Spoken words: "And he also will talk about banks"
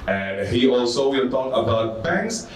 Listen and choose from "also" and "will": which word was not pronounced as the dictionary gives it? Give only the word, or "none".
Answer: will